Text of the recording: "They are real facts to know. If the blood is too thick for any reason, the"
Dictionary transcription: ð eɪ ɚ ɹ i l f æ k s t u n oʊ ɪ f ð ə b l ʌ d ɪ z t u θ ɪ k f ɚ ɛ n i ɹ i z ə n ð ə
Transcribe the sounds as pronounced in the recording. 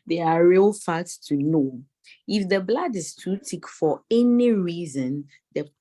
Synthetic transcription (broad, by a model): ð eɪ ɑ ɹ i l f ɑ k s t u n oʊ ɪ f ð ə b l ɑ d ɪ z t u t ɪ k f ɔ ɛ n i ɹ i z ə n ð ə